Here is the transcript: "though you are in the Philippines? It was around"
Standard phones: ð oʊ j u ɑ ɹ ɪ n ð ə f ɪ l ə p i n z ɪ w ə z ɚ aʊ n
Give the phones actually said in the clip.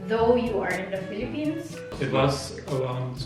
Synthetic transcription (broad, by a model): ð oʊ j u ɑ ɹ ɪ n ð ə f ɪ l ə p i n z ɪ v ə s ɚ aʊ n